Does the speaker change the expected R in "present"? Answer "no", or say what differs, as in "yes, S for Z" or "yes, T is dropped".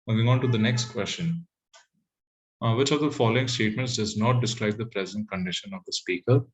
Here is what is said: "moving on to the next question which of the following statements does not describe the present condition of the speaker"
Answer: no